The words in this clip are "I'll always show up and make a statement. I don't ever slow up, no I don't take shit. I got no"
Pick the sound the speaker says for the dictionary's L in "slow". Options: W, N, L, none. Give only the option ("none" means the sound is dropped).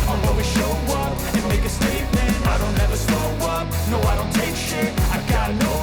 none